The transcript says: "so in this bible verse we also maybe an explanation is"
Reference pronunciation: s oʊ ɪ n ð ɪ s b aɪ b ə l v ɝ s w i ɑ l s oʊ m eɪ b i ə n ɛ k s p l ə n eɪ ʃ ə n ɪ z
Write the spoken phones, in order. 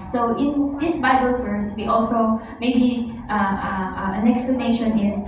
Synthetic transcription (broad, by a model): s oʊ ɪ n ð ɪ s b aɪ b ə l f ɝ s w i ɑ l s oʊ m eɪ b i ə n ɛ k s p l ə n eɪ ʃ ə n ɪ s